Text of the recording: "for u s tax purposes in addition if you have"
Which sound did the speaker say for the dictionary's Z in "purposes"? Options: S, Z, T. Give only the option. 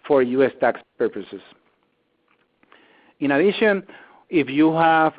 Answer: S